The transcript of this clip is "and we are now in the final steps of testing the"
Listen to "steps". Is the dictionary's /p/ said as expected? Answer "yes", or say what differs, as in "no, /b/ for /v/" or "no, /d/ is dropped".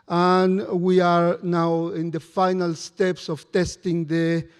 yes